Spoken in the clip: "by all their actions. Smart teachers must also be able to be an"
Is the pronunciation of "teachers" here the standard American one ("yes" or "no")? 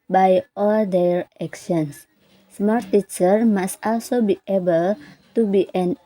no